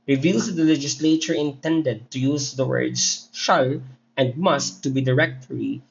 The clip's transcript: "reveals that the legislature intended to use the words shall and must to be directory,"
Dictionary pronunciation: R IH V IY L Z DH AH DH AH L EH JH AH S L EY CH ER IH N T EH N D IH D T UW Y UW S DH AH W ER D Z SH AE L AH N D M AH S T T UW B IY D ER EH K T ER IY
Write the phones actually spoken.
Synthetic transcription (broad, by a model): R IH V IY L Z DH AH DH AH L EH JH AH S L EY CH ER IH N T EH N D IH D T UW Y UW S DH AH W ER D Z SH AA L AH N D M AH S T T UW B IY D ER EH K T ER IY